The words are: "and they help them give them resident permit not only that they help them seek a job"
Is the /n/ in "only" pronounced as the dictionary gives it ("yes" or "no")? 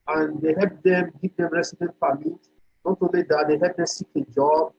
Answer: no